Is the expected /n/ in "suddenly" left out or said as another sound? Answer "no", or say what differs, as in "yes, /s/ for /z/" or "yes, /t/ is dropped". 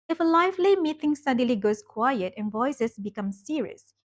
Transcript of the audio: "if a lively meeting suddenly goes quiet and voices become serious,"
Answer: yes, /n/ is dropped